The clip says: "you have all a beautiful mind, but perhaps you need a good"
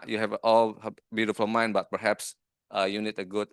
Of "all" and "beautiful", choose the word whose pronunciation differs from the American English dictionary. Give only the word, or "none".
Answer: none